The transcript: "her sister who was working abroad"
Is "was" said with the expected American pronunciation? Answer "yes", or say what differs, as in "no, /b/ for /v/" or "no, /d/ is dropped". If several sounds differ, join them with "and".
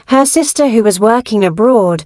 yes